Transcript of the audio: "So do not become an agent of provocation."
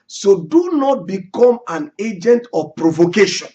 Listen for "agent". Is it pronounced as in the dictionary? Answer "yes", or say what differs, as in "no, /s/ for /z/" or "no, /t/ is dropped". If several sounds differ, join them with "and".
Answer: yes